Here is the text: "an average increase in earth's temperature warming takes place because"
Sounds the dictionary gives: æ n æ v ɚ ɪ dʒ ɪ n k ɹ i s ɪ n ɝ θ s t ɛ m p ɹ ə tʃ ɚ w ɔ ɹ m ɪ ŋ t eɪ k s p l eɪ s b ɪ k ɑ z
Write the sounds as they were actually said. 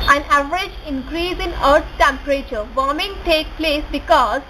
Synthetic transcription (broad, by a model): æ n æ v ɚ ɪ dʒ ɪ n k ɹ i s ɪ n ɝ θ t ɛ m p ɹ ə tʃ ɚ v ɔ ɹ m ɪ ŋ t eɪ k p l eɪ s b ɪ k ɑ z